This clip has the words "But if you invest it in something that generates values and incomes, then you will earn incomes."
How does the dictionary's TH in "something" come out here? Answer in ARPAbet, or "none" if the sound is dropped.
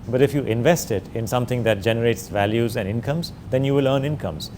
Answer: T